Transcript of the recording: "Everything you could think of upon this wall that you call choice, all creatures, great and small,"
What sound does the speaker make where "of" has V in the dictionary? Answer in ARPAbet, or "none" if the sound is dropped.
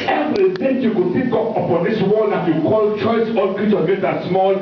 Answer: P